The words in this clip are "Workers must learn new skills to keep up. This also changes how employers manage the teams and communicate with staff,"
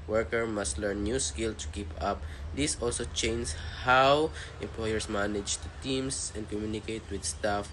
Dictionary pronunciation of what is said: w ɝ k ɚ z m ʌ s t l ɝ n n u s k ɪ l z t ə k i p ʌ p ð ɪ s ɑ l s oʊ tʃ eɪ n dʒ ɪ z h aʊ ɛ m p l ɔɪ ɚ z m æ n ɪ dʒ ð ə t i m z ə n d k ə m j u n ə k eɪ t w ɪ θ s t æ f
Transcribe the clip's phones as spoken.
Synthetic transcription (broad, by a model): w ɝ k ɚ m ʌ s t l ɝ n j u s k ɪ l t ə k i p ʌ p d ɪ s ɑ l s oʊ tʃ eɪ n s h aʊ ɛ m p l ɔɪ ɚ s m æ n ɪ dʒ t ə t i m s ə n d k ə m j u n ə k eɪ t w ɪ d s t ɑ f